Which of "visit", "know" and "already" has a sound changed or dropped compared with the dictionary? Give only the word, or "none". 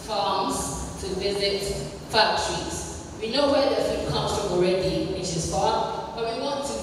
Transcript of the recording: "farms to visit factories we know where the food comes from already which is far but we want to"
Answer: none